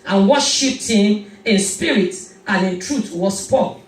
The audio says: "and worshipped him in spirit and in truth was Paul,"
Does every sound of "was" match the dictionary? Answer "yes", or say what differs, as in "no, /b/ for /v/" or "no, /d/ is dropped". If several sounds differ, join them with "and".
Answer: no, /s/ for /z/